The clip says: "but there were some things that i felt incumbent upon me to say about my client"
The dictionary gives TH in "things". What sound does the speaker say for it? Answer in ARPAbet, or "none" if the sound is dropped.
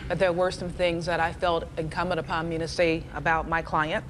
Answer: TH